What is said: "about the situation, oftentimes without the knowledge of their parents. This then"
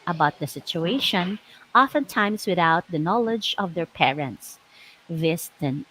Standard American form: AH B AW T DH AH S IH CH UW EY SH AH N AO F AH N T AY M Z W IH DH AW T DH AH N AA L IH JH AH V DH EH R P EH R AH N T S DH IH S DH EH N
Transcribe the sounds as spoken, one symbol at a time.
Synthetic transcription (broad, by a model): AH B AW T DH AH S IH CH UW EY SH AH N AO F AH N T AY M S W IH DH AW T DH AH N AA L IH JH AH V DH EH R P EH R AH N T S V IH S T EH N